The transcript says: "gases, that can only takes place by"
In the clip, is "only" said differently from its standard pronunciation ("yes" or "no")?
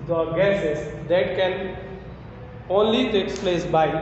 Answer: no